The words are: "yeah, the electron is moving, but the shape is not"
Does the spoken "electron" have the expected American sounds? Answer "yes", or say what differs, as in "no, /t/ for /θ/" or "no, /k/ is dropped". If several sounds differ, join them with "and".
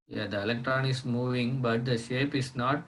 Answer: yes